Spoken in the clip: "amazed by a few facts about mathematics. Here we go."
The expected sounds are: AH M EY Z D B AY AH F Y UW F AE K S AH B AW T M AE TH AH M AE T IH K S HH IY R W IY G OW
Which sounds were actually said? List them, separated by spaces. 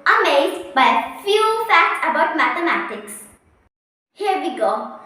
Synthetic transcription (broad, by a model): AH M EY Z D B AY AH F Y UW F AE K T AH B AW T M AE TH AH M AE T IH K S HH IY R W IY G OW